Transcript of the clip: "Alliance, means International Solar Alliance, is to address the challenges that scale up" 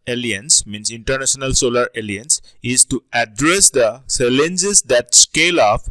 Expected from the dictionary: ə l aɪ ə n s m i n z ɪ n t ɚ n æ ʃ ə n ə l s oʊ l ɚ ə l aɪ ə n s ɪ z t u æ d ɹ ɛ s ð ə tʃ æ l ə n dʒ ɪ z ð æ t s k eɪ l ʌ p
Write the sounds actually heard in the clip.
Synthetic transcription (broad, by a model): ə l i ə n s m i n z ɪ n t ɚ n æ ʃ ə n ə l s oʊ l ɚ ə l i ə n s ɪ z t u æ d ɹ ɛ s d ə s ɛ l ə n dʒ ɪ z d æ t s k eɪ l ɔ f